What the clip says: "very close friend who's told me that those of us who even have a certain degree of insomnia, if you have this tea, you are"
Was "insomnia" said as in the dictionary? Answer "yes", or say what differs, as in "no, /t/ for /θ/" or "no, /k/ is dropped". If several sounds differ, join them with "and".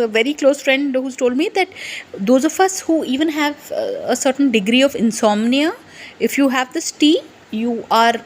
yes